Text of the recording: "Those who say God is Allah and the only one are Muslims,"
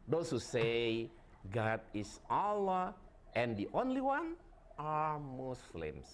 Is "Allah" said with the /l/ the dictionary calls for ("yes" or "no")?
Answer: yes